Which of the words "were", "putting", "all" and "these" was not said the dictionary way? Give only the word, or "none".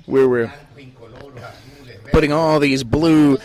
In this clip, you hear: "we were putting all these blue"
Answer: none